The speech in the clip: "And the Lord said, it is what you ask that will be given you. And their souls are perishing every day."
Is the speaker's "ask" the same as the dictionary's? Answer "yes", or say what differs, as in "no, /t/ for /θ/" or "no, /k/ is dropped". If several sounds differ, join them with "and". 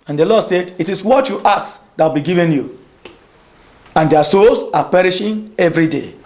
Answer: no, /s/ is dropped